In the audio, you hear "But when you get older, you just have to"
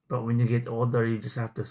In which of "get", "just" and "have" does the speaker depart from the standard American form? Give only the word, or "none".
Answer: have